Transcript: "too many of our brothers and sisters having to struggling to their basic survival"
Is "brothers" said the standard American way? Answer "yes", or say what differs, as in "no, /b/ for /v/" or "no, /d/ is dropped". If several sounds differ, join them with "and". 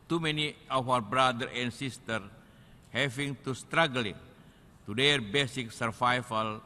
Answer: no, /z/ is dropped